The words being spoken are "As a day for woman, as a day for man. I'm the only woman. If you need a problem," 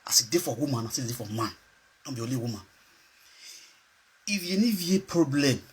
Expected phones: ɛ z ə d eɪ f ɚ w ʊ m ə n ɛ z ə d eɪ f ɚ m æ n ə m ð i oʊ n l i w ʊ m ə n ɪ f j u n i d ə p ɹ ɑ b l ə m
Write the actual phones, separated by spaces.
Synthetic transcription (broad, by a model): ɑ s ə d eɪ f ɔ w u m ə n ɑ s ə d eɪ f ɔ m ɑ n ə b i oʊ l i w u m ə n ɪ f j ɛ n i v ə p ɹ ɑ b l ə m